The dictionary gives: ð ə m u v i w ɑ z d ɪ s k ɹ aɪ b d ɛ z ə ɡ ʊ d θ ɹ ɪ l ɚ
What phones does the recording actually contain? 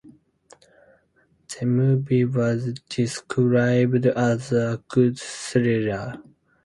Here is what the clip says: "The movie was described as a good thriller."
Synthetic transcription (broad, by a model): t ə m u b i w ɑ z d ɪ s k ɹ aɪ b d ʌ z ə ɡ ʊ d s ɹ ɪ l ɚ